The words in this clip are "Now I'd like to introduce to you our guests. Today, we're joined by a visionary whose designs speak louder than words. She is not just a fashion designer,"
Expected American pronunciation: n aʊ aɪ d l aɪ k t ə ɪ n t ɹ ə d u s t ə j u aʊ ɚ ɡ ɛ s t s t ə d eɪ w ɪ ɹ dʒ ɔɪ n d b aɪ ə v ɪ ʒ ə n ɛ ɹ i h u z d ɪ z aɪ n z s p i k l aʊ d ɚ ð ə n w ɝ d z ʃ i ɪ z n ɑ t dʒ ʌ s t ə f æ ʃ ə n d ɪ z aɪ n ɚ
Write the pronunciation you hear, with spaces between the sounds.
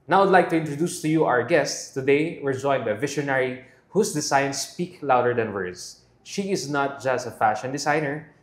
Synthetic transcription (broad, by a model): n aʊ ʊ d l aɪ k t ə ɪ n t ɹ ə d u s t ə j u aʊ ɚ ɡ ɛ s t s t ə d eɪ w ɪ ɹ dʒ ɔɪ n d b aɪ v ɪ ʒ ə n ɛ ɹ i h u s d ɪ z aɪ n s p i k l aʊ d ɚ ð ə n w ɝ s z ʃ i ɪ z n ɑ t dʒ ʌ s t ə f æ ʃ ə n d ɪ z aɪ n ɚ